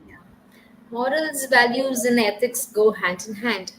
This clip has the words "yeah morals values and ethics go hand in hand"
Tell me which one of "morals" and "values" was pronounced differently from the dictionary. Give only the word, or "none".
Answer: none